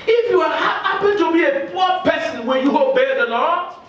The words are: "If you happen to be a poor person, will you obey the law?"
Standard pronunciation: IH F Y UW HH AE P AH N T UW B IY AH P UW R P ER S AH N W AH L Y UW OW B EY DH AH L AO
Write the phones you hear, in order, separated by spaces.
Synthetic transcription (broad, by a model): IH F Y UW HH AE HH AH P T UW B IY AH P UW P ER S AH N W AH N Y UW OW B EY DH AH L AO